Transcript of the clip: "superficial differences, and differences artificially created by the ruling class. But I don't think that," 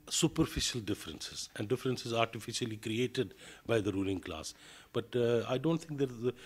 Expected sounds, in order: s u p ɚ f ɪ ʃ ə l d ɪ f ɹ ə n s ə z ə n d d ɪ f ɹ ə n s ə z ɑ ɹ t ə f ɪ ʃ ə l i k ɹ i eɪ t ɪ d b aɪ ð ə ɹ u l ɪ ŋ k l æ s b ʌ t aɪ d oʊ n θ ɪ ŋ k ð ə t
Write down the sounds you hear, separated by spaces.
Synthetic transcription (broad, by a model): s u p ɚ f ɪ ʃ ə l d ɪ f ɹ ə n s ə z ə n d d ɪ f ɹ ə n s ə z ɑ ɹ t ə f ɪ ʃ ə l i k ɹ i eɪ t ɪ d b aɪ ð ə ɹ u l ɪ ŋ k l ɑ s b ʌ t aɪ d oʊ n t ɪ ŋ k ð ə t